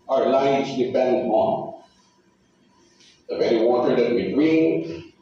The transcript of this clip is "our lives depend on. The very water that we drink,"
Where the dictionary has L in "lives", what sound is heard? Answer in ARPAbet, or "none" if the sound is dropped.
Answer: N